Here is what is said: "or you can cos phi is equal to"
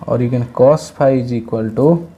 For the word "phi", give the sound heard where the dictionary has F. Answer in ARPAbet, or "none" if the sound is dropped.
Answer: P